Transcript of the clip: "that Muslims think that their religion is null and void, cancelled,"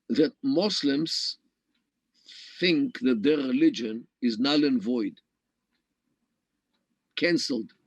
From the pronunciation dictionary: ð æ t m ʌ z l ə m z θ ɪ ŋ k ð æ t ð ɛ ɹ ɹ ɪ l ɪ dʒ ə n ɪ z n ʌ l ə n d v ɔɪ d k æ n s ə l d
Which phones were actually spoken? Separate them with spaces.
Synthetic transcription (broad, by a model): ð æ t m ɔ s l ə m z θ ɪ ŋ k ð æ t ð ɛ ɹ ɹ ɪ l ɪ dʒ ə n ɪ z n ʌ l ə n v ɔɪ d k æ n s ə l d